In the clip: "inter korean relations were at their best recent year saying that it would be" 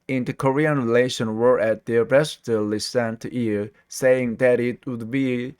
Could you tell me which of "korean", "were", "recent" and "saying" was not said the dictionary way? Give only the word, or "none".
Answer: recent